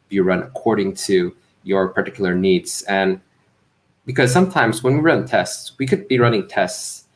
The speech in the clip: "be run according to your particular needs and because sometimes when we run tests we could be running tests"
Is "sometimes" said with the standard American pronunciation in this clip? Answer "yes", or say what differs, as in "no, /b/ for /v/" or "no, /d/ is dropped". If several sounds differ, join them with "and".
yes